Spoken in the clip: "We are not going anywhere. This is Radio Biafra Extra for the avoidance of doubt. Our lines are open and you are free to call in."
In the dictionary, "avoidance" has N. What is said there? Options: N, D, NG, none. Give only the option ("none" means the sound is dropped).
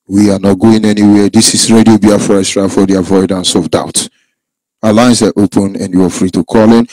N